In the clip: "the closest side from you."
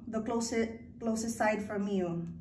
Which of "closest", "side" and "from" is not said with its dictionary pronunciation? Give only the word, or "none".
none